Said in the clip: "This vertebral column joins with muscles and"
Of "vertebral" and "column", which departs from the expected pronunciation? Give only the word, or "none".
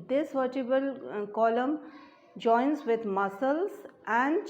vertebral